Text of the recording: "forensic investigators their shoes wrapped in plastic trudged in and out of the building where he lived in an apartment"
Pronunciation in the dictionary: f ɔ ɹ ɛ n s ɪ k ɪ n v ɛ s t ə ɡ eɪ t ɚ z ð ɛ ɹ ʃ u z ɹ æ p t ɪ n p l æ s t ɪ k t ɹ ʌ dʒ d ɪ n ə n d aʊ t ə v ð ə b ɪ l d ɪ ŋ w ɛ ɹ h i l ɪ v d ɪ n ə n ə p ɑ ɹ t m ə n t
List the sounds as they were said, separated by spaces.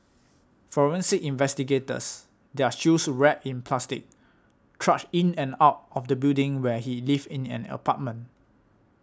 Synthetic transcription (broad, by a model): f ɔ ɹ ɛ n s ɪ ɪ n v ɛ s t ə ɡ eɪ t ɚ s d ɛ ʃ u s ɹ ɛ t ɪ n p l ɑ s t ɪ k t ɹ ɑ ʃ ɪ n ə n aʊ t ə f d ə b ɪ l d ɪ ŋ w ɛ h i l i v ɪ n ə n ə p ɑ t m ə n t